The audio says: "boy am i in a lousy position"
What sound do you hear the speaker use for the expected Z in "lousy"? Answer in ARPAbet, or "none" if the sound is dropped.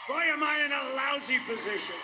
Z